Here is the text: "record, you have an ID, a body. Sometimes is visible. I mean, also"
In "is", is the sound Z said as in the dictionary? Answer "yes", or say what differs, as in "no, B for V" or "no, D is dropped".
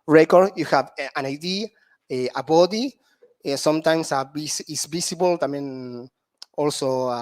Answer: no, S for Z